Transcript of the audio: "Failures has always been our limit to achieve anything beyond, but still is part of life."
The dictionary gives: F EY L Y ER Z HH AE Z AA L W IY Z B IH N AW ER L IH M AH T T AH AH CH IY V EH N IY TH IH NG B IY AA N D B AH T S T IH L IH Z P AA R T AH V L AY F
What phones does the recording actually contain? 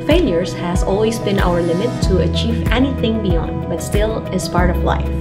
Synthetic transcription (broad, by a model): F EY L Y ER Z HH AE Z AA L W IY Z B IH N AW ER L IH M AH T T AH AH CH IY V EH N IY TH IH NG B IY AA N D B AH T S T IH L IH Z P AA R T AH V L AY F